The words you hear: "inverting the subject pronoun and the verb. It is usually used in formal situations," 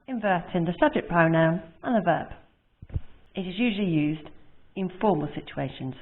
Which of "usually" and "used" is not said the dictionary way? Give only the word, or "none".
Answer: none